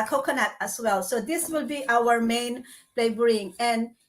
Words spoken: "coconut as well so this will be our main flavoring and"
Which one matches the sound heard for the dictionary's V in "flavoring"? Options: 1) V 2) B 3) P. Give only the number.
2